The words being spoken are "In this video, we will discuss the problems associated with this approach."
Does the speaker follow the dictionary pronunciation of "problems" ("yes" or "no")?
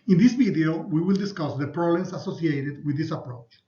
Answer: no